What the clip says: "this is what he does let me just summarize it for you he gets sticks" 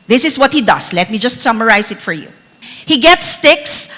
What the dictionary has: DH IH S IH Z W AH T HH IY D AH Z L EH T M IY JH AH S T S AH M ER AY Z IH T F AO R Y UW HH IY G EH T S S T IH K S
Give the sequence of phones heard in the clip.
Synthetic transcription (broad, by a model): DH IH S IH S W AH T HH IY D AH S L EH T M IY JH AH S T S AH M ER AY S IH T F AO R Y UW HH IY G EH T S S T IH K S